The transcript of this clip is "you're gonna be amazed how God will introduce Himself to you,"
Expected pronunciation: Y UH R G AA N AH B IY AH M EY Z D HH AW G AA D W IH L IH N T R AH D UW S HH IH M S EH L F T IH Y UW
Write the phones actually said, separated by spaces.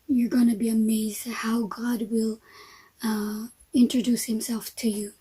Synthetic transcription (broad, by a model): Y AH R G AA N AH B IY AH M EY Z D HH AW G AA D W IH L IH N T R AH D UW S HH IH M S EH L F T IH Y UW